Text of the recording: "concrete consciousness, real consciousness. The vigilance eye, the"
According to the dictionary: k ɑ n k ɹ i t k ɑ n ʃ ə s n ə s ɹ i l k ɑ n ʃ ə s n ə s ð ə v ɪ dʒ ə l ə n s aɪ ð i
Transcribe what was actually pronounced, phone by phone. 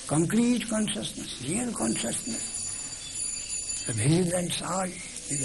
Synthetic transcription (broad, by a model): k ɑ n k ɹ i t k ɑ n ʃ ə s n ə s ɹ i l k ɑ n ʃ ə s n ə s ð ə p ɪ z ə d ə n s aɪ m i